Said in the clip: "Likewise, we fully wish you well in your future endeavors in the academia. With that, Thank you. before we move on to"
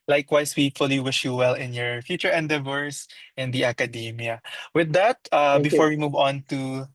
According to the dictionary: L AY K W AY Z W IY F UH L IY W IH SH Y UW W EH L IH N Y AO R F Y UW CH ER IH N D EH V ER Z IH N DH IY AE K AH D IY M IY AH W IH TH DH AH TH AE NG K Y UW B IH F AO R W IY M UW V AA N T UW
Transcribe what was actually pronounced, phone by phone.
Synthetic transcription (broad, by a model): L AY K W AY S W IY F UH L IY W IH SH Y UW W EH L IH N Y AO R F Y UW CH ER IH N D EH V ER S IH N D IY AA K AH D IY M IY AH W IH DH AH T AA B IH F AO R W IY M UW V AA N T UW